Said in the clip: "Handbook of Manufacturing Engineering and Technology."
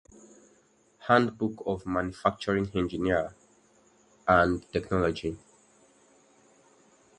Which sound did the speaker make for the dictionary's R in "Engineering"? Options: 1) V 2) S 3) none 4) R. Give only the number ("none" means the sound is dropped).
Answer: 3